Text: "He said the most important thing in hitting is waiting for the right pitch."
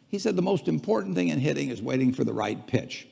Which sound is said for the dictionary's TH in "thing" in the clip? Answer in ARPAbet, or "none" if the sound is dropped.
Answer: TH